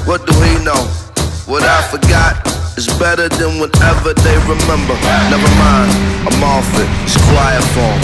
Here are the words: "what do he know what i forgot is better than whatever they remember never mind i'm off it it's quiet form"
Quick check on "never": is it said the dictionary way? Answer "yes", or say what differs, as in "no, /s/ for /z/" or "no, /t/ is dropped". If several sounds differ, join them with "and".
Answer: no, /b/ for /v/